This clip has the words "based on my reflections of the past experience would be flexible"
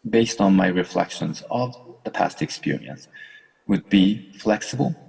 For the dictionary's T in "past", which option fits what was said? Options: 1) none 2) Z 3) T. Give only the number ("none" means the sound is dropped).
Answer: 3